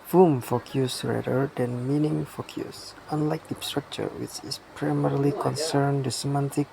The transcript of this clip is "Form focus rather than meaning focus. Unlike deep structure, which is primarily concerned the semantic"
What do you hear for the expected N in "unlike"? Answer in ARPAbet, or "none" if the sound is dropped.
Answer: N